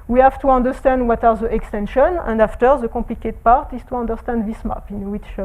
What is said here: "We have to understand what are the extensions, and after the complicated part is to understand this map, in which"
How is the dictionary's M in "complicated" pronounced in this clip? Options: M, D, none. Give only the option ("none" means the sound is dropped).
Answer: none